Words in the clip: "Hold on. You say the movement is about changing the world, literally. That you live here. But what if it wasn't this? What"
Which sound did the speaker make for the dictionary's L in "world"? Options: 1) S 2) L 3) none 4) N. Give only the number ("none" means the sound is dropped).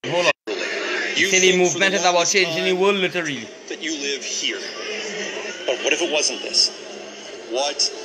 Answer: 3